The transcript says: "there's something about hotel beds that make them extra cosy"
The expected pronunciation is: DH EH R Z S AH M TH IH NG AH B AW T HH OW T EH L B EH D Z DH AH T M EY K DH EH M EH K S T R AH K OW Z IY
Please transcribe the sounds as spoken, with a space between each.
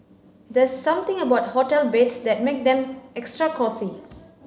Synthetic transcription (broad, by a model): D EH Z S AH M T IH NG AH B AW T HH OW T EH L B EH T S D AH T M EY K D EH M EH K S T R AH K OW S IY